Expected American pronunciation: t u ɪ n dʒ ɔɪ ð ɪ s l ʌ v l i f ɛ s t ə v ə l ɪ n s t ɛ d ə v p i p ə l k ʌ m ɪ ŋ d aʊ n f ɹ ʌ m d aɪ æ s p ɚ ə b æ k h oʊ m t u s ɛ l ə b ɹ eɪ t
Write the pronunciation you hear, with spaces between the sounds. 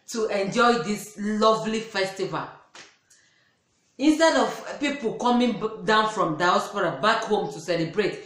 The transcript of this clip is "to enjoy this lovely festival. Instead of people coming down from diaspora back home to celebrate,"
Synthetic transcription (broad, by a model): t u ɪ n dʒ ɔɪ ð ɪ s l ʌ v l i f ɛ s t ə v ə l ɪ n s t ɛ d ə v p i p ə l k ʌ m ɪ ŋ d aʊ n f ɹ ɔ m d aɪ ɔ s p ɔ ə b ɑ k h oʊ m t u s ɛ l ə b ɹ eɪ t